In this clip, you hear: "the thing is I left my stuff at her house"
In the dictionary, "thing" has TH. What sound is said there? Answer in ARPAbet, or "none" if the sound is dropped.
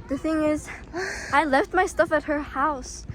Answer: TH